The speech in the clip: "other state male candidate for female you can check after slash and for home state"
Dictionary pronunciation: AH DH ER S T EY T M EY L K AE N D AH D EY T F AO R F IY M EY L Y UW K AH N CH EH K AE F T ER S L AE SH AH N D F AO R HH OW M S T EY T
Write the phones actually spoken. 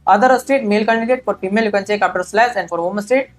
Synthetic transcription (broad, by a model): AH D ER S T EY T M EY L K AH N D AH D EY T F AO R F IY M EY L Y UW K AH N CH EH K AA P T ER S L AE S AH N D F AO R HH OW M S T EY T